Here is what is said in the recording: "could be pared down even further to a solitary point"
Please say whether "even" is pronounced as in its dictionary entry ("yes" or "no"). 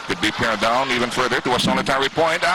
yes